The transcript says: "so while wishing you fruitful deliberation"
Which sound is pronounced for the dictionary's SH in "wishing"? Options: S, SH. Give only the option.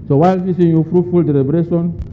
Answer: S